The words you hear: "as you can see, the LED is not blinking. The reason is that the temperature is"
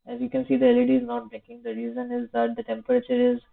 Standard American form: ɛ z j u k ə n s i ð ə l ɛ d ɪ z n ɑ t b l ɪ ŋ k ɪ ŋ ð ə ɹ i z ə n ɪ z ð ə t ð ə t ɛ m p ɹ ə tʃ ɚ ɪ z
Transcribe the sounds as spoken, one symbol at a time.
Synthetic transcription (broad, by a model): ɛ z j u k ə n s i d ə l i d ɪ z n ɑ t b ɛ k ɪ ŋ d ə ɹ i z ə n ɪ z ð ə t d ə t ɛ m p ɹ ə tʃ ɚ ɪ z